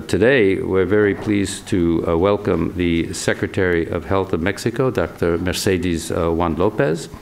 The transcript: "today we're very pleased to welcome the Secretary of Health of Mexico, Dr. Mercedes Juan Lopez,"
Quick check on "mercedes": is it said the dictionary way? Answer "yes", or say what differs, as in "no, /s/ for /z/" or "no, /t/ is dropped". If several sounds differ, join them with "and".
yes